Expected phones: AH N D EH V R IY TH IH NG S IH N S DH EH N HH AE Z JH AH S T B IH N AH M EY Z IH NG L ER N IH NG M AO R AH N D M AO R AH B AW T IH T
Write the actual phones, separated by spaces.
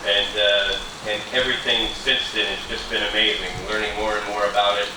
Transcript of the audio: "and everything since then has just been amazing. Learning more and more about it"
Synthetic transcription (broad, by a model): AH N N EH V R IY TH IH NG S IH N S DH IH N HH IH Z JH AH S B IH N AH M EY Z IH NG L ER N IH NG M AO R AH N M AO R AH B AW T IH T